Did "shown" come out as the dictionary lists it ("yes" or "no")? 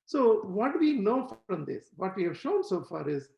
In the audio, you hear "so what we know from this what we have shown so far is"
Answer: yes